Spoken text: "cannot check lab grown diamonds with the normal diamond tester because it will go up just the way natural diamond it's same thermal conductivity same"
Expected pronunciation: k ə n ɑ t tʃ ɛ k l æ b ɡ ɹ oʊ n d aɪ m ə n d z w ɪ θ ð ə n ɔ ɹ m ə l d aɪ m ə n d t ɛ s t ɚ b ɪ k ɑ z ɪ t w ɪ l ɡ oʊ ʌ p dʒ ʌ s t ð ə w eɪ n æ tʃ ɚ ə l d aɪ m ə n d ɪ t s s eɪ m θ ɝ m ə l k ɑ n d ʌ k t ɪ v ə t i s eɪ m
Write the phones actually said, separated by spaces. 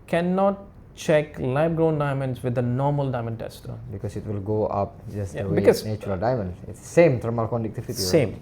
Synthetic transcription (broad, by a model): k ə n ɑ t tʃ ɛ k l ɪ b ɡ ɹ oʊ n d aɪ m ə n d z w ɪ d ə n ɔ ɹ m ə l d aɪ m ə n d t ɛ s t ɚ b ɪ k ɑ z ɪ t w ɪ l ɡ oʊ ʌ p dʒ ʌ s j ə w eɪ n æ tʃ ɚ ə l d aɪ m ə n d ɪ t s s eɪ m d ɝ m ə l k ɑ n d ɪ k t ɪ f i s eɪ m